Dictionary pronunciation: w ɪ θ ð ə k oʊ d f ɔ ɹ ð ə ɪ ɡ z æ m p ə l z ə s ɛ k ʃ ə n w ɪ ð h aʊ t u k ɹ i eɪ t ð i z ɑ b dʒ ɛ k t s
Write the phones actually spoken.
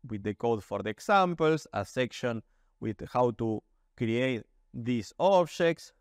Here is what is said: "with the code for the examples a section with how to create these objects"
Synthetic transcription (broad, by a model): w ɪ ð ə k oʊ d f ɔ ɹ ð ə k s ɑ m p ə l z ə s ɛ k ʃ ə n w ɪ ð h aʊ t u k ɹ i eɪ t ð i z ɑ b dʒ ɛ k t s